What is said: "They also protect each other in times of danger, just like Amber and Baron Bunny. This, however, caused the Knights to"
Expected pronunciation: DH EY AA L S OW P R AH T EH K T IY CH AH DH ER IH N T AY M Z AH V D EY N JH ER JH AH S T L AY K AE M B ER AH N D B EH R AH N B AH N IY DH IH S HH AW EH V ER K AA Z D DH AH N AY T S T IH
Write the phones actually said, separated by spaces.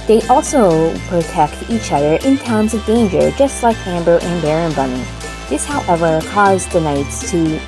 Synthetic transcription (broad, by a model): DH EY AA L S OW P R AH T EH K T IY CH AH DH ER IH N T AY M Z AH V D EY N JH ER JH AH S T L AY K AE M B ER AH N B EH R AH N B AH N IY DH IH S HH AW EH V ER K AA Z DH AH N AY T S T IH